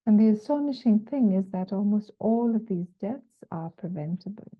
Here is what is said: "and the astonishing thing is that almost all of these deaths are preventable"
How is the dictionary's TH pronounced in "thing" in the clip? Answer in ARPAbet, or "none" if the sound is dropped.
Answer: TH